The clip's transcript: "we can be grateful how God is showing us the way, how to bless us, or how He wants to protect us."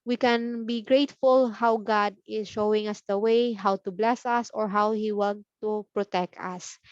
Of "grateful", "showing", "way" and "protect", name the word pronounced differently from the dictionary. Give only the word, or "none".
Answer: none